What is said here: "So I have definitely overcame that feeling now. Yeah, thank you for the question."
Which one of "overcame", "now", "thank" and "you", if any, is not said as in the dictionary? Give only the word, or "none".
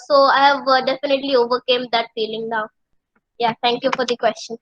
thank